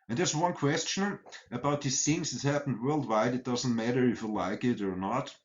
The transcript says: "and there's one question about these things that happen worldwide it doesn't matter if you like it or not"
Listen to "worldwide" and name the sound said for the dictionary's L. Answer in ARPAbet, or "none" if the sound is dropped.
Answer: L